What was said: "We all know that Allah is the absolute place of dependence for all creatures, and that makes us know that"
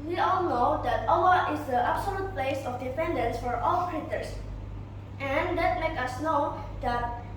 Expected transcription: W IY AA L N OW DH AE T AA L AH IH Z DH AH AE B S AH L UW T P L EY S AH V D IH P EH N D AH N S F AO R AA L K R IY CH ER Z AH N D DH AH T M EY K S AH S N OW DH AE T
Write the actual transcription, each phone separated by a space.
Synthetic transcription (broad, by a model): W IY AA L N OW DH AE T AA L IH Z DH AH AE B S AH L UW T P L EY S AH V D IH F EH N D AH N S F AO R AA L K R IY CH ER S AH N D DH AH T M EY K AH S N OW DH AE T